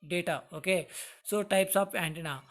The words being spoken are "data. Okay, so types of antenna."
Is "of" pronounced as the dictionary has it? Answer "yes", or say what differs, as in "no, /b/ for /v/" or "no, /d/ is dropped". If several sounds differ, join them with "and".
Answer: no, /p/ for /v/